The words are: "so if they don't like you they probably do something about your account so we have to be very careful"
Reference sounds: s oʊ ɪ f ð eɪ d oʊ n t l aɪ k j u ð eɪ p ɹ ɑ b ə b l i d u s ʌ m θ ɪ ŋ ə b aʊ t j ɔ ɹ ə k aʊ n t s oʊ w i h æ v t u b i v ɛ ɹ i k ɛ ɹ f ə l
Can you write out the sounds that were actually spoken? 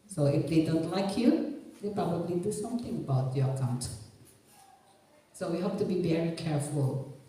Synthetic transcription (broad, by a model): s oʊ ɪ f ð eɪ d oʊ n t l aɪ k j u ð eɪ p ɹ ɑ b ə b l i d u s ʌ m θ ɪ ŋ ə b aʊ t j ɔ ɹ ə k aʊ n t s oʊ w i h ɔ p t u b i v ɛ ɹ i k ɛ ɹ f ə l